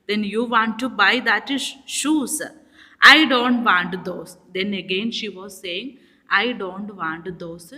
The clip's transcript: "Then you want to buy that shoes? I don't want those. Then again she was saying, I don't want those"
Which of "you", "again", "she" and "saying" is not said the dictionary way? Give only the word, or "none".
none